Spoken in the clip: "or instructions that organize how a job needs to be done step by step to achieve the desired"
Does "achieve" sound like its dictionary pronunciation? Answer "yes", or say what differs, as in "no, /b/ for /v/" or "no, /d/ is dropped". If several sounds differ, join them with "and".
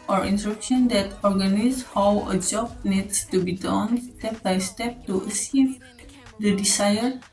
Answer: no, /s/ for /tʃ/